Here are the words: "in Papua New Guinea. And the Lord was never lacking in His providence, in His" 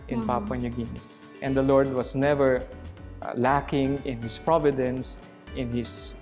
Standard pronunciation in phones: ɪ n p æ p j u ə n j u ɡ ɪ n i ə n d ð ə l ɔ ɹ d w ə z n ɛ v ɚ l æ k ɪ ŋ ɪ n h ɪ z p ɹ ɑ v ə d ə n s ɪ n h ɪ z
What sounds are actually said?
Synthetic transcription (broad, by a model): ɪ n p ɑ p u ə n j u ɡ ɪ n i ə n d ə l ɔ ɹ d w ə s n ɛ v ɚ l æ k ɪ ŋ ɪ n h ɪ s p ɹ ɑ v ə d ə n s ɪ n h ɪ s